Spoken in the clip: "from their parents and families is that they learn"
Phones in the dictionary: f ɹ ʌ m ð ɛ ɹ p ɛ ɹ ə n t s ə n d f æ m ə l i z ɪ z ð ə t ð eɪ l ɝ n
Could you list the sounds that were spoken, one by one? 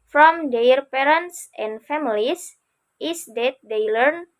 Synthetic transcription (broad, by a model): f ɹ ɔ m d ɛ ɹ p ɛ ɹ ə n t s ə n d f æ m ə l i s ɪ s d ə t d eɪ l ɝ n